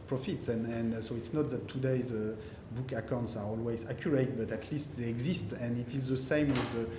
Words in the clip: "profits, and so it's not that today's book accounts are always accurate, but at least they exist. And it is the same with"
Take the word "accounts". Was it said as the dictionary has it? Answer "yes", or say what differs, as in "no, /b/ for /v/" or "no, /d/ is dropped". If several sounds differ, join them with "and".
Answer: yes